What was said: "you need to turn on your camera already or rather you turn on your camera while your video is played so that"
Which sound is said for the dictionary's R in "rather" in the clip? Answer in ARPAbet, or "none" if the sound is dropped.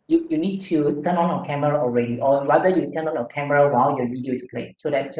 W